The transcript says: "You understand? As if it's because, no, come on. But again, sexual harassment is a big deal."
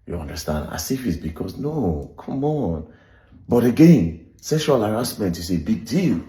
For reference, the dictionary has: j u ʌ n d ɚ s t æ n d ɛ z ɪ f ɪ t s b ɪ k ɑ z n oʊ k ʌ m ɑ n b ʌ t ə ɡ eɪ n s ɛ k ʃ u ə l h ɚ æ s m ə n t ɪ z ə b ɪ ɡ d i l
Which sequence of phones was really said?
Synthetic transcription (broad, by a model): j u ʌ n d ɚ s t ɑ n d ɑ s ɪ f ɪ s b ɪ k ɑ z n oʊ k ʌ m ɑ n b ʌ t ə ɡ eɪ n s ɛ ʃ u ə l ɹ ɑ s m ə n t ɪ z ə b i ɡ d i l